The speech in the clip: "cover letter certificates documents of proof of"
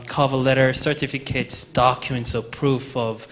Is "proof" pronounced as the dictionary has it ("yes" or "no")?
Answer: yes